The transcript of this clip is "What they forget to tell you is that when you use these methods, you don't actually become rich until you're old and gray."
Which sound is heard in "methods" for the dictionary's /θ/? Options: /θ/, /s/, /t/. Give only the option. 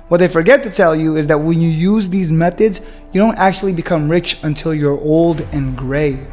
/θ/